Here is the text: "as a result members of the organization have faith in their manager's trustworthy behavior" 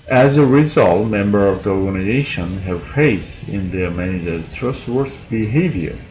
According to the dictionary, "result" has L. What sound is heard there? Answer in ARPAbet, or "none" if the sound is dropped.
L